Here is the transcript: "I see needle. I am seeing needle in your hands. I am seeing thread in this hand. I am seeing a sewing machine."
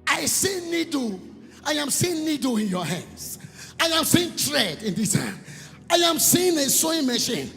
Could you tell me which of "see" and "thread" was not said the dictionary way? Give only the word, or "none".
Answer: thread